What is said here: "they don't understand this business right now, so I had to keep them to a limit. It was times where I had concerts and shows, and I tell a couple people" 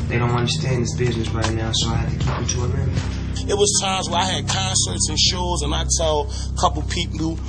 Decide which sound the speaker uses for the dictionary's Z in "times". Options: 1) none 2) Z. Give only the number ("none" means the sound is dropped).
2